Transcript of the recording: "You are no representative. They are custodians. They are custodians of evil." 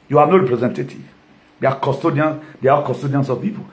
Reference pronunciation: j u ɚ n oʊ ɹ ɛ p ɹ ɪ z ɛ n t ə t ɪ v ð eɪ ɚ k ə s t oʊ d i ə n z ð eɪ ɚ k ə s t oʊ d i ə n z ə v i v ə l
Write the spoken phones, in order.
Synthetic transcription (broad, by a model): j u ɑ n oʊ ɹ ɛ p ɹ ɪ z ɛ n t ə t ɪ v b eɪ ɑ k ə s t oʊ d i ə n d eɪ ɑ k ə s t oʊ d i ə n s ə p i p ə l